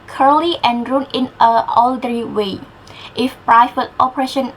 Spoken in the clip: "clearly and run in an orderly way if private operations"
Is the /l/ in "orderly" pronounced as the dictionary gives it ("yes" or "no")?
no